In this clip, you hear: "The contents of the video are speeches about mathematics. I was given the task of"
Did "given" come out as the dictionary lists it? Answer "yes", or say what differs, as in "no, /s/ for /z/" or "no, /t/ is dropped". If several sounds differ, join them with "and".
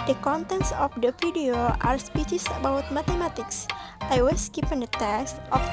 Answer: no, /p/ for /v/